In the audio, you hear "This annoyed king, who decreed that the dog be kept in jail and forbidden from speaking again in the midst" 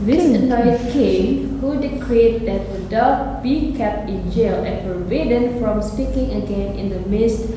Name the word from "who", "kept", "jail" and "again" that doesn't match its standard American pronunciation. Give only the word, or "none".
none